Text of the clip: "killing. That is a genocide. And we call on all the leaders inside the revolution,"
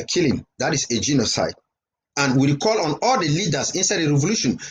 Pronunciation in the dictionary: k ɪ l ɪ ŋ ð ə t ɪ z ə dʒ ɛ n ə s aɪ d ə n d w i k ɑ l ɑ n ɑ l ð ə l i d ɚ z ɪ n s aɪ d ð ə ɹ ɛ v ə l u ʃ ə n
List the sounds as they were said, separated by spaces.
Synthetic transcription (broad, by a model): k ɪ l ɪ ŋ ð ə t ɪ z ə dʒ ɛ n ə s aɪ d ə n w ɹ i k ɑ l ɑ n ɑ l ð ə l i d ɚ s ɪ n s aɪ d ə ɹ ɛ v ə l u ʃ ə n